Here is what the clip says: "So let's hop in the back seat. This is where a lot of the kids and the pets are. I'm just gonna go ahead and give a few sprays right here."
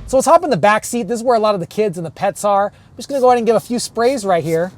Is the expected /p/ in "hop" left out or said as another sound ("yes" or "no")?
no